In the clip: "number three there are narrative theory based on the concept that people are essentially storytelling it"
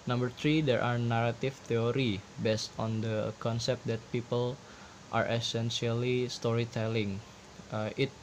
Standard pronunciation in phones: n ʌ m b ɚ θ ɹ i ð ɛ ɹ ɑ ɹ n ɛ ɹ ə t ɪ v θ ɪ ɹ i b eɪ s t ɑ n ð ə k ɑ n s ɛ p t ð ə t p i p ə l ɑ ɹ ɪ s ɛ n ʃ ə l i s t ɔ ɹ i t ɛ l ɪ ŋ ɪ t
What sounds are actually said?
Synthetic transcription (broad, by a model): n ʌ m b ɚ t ɹ i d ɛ ɹ ɑ ɹ n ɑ ɹ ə t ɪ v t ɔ ɹ i b eɪ s t ɑ n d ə k ɑ n s ɛ p t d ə t p i p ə l ɑ ɹ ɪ s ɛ n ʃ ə l i s t ɔ ɹ i t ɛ l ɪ ŋ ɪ t